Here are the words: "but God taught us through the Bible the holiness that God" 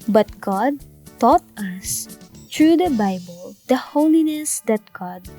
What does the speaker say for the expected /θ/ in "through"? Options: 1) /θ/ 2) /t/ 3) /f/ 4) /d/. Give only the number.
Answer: 2